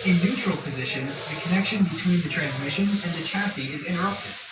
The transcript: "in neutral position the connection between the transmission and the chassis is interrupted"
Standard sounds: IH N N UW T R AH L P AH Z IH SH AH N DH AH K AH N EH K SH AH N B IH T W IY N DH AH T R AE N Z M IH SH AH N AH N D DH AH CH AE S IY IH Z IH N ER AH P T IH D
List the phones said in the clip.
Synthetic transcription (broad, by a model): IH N N UW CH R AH L P AH Z IH SH AH N DH AH K AH N EH K SH AH N B IH T W IY N DH AH T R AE N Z M IH SH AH N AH N DH AH CH AE S IY IH Z IH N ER AH P T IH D